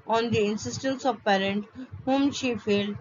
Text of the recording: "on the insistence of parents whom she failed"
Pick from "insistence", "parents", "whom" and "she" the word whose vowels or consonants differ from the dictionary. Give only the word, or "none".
parents